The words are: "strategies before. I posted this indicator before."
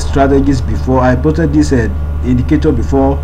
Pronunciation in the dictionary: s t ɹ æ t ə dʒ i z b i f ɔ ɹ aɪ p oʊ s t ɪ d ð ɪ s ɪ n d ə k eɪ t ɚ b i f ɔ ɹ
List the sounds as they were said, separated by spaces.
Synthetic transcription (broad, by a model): s t ɹ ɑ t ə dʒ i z b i f ɔ aɪ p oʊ t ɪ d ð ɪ s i n d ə k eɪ t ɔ b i f ɔ